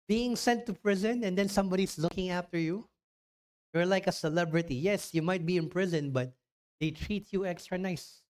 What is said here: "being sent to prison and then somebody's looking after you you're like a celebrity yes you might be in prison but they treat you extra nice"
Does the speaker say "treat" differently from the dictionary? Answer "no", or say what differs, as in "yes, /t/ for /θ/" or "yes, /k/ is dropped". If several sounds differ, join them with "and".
no